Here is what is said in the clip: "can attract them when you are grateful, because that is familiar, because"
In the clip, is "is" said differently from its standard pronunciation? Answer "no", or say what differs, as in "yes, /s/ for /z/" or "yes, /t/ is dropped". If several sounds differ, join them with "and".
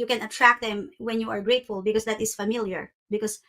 yes, /s/ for /z/